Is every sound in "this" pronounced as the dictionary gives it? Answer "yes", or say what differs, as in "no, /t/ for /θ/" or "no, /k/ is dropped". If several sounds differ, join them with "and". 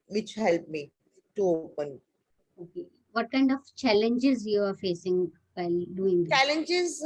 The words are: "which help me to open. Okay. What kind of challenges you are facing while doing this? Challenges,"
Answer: no, /s/ is dropped